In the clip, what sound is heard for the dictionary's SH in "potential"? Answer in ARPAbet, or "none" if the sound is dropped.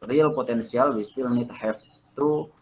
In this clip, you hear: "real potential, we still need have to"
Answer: S